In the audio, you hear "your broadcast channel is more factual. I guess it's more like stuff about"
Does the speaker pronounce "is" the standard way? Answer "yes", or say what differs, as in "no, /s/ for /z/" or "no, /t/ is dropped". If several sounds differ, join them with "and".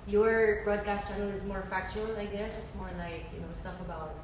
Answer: yes